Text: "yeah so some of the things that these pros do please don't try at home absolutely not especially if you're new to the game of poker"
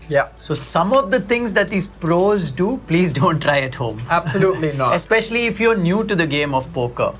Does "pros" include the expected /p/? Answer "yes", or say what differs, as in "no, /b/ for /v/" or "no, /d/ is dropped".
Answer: yes